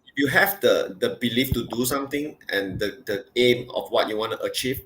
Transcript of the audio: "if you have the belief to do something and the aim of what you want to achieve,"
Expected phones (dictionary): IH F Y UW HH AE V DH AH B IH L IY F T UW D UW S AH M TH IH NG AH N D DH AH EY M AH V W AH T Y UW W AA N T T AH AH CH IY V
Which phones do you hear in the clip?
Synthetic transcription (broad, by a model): Y UW HH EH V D AH B IH L IY F T UW D UW S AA M T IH NG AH N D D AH EY M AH F W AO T Y UW W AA N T T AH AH CH IY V